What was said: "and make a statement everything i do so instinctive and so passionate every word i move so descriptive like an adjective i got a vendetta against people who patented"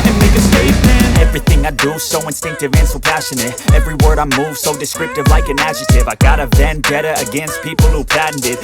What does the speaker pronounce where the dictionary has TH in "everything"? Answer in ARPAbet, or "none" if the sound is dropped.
TH